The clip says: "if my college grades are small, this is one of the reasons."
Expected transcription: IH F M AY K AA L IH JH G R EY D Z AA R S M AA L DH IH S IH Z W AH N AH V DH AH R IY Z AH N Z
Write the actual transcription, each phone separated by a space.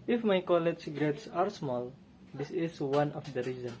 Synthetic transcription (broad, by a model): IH F M AY K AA L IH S G R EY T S AA R S M AA L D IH S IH S W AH N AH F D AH R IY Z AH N